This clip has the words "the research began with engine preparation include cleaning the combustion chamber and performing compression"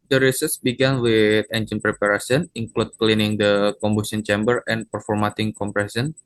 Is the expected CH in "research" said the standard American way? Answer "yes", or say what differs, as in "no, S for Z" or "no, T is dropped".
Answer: no, S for CH